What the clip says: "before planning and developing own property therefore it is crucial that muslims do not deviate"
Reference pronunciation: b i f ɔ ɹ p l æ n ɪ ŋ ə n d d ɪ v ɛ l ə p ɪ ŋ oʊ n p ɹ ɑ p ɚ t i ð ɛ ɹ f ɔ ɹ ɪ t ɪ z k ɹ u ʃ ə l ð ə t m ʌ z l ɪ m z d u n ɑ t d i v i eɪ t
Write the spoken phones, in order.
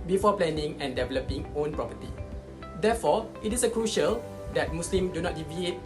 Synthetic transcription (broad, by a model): b i f ɔ p l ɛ n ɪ ŋ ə n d d ɪ v ɛ l ə p ɪ ŋ oʊ n p ɹ ɑ p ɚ t i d ɛ f ɔ ɪ t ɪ s k ɹ u ʃ ə l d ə t m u s l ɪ m d u n ɑ t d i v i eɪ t